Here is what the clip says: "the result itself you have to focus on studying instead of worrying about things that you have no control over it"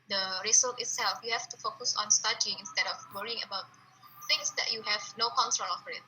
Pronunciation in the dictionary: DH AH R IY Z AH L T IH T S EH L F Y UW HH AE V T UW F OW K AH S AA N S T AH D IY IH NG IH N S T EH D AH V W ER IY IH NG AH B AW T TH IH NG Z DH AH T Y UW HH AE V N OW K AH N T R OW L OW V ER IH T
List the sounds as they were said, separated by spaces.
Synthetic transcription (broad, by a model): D AH R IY S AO T IH T S EH L F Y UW HH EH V T UW F OW K AH S AA N S T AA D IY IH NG IH N S T EH D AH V W ER IY IH NG AH B AW T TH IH NG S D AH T Y UW HH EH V N OW K AH N T R OW L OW F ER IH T